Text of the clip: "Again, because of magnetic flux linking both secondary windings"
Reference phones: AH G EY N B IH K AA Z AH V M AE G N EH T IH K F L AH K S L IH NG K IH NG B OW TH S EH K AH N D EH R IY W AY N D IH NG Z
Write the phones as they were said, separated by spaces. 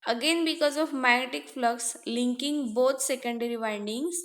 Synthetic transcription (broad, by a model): AH G EY N B IH K AA Z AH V M AE G N EH T IH K F L AH K S L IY NG K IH NG B OW T S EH K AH N D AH R IY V AY N D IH NG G